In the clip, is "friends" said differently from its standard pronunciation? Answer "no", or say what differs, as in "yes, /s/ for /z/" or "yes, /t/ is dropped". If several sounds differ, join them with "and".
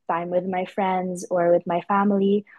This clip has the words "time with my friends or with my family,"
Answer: no